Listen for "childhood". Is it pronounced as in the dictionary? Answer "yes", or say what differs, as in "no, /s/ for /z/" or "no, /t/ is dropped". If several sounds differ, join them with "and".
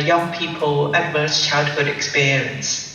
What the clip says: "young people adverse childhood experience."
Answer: yes